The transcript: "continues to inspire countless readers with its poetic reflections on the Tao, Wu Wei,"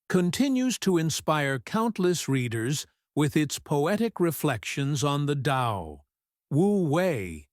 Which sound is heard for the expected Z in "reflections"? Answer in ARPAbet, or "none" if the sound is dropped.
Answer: Z